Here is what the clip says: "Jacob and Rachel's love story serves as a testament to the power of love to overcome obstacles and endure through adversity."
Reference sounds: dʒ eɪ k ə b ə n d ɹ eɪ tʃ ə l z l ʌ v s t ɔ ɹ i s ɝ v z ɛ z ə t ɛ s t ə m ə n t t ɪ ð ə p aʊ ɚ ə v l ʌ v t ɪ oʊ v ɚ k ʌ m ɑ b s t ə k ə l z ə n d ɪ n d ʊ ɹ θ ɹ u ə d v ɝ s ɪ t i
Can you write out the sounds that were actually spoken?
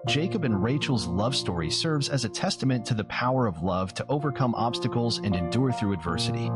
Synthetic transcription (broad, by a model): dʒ eɪ k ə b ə n ɹ eɪ tʃ l z l ʌ v s t ɔ ɹ i s ɝ v z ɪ z ə t ɛ s t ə m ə n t t ɪ ð ə p aʊ ɚ ə v l ʌ v t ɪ oʊ v ɚ k ʌ m ɑ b s t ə k l z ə n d ɪ n d ʊ ɹ θ ɹ u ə d v ɝ s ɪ t i